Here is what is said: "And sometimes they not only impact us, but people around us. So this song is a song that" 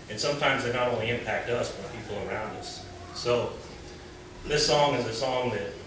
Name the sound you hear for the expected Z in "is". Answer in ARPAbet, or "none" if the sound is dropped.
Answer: Z